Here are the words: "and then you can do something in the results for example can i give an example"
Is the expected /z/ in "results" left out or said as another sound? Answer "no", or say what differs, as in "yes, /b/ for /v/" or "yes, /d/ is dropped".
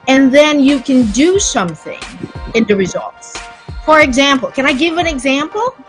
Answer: no